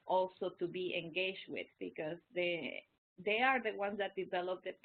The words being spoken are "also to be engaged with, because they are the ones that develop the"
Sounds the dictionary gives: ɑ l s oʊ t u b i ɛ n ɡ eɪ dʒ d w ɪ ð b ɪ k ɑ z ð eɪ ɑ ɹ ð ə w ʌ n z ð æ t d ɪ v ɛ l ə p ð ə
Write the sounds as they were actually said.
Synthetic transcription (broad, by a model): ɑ l s oʊ t u b i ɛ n ɡ eɪ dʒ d w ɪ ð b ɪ k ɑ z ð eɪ ɑ ɹ ð ə w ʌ n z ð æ t d ɪ v ɛ l ə p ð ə